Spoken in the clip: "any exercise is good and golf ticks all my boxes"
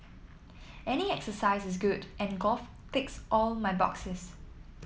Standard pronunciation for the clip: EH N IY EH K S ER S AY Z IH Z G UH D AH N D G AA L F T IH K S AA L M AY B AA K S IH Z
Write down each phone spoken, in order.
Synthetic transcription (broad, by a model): EH N IY EH K S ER S AY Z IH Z G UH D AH N G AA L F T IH K S AA L M AY B AA K S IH S